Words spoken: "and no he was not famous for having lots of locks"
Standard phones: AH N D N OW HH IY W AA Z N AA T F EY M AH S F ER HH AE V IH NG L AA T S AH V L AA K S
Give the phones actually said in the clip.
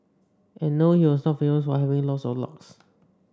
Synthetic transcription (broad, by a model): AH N N OW HH IY W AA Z N AA T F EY AH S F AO HH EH V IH NG L AA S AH L AA K S